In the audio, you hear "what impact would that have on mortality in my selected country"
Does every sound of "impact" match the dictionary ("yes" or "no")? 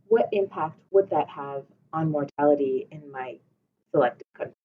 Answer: yes